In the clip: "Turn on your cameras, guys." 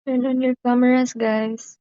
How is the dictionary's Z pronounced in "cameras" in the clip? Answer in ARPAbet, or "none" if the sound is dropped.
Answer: S